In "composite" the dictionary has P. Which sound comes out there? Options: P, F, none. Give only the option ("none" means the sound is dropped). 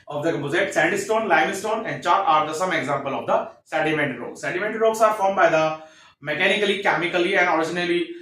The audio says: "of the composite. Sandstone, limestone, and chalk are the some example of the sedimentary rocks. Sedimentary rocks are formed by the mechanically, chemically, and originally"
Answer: none